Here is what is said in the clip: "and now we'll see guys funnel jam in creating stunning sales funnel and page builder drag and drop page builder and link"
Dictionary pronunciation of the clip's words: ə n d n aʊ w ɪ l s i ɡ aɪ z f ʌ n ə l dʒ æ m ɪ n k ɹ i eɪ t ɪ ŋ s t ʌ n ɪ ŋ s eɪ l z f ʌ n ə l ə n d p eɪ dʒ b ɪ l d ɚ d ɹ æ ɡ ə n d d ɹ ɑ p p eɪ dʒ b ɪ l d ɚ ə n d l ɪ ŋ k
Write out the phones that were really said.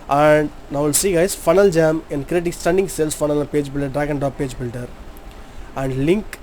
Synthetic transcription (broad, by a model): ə n d n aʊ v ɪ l s i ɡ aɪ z f ʌ n ə l dʒ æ m ɪ n k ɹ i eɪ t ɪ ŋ s t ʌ n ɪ ŋ s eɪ l s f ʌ ə n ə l p eɪ dʒ b ɪ l d ɚ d ɹ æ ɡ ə n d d ɑ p p eɪ dʒ b ɪ l d ɚ ə n d l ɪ ŋ k